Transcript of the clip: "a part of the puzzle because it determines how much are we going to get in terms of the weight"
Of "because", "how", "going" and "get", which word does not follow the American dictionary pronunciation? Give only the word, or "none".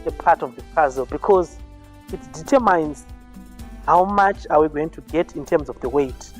none